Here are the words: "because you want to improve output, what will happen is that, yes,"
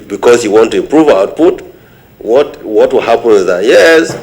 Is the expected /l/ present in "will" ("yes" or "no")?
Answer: no